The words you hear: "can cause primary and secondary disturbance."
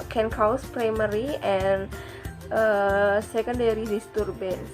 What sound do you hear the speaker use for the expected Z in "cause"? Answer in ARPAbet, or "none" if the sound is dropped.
S